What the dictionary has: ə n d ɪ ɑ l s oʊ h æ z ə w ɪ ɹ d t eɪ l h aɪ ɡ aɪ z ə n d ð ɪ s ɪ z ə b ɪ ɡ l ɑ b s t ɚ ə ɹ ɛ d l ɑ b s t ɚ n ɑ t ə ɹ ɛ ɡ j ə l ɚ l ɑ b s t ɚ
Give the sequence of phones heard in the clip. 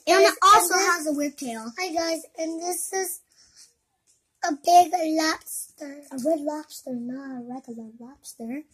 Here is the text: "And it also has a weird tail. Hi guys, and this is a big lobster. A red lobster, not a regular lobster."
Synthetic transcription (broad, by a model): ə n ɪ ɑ l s oʊ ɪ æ z ə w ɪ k t eɪ l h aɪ ɡ aɪ z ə n ð ɪ s ɪ z ə b ɪ ɡ l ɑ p s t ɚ ə ɹ ɛ d l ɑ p s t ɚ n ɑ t ə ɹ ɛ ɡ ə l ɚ l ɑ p s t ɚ